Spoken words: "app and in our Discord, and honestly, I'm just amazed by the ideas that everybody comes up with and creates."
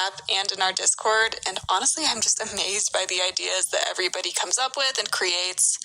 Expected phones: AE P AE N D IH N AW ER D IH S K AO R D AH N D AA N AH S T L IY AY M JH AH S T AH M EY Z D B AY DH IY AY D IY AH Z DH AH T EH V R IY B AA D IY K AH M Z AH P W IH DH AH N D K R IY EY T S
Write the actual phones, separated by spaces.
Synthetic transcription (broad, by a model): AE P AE N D IH N AW ER D IH S K AO R D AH N AA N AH S T L IY AY M JH AH S T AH M EY Z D B AY DH IY AY D IY AH Z DH AH T EH V R IY B AA D IY K AH M Z AH P W IH DH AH N K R IY EY T S